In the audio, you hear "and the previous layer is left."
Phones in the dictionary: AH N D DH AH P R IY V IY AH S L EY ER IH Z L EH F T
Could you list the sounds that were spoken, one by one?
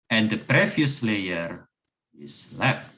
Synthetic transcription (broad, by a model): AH N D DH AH P R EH F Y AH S L EY ER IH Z L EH F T